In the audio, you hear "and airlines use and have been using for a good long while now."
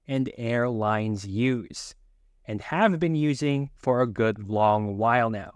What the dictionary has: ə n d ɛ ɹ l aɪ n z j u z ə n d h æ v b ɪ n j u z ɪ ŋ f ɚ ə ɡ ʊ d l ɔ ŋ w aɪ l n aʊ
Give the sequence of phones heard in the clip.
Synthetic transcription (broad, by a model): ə n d ɛ ɹ l aɪ n z j u z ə n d h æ v b ɪ n j u z ɪ ŋ f ɚ ə ɡ ʊ d l ɔ ŋ w aɪ l n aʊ